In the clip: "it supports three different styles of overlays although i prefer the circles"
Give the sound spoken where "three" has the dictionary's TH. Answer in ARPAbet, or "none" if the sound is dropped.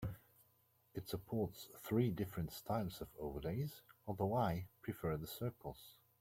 TH